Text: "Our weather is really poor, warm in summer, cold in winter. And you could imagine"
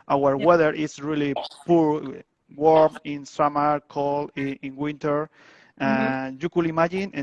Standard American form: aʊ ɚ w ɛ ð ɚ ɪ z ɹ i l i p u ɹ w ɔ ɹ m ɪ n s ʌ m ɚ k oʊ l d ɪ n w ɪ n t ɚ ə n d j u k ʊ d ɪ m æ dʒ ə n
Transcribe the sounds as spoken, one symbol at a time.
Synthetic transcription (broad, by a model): aʊ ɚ w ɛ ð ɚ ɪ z ɹ i l i p u ɹ w ɔ ɹ m ɪ n s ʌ m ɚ k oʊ l ɪ n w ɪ n t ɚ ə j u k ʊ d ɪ m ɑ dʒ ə n